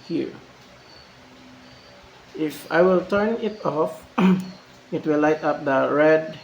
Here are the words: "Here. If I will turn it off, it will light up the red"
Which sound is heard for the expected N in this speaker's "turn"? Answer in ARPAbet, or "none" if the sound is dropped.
N